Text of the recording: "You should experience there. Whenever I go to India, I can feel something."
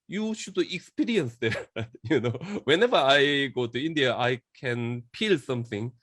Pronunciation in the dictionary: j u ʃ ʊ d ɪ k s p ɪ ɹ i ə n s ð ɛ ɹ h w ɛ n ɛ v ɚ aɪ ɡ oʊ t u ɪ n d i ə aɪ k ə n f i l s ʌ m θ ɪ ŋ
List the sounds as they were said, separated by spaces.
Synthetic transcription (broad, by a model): j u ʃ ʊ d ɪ k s p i ɹ i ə n s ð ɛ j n w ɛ n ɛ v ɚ aɪ ɡ oʊ t u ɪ n d i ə aɪ k ə n p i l s ʌ m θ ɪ ŋ